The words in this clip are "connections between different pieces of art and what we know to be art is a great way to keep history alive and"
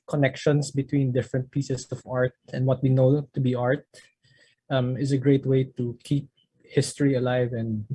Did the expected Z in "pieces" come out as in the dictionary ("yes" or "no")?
no